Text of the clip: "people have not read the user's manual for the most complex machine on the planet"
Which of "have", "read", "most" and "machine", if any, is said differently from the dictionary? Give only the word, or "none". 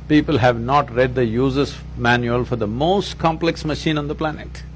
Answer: none